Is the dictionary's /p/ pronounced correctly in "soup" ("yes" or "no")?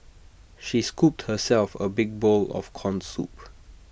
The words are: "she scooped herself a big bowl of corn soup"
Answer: yes